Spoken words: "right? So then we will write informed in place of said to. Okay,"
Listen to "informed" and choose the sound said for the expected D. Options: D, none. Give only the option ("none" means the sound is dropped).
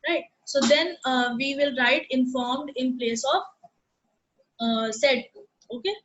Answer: D